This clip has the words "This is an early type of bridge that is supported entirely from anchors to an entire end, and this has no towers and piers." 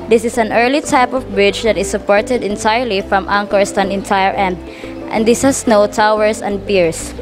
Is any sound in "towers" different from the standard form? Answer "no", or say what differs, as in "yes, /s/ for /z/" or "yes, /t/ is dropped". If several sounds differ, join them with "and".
yes, /s/ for /z/